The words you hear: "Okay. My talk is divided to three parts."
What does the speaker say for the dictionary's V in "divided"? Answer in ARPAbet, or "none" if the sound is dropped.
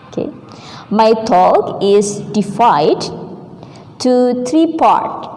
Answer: F